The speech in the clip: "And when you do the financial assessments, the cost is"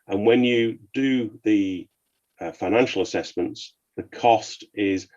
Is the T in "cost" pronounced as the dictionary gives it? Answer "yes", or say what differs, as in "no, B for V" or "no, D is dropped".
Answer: yes